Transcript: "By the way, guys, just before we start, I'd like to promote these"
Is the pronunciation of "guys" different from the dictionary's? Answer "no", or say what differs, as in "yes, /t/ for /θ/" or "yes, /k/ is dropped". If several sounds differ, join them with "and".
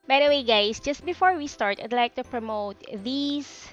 yes, /s/ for /z/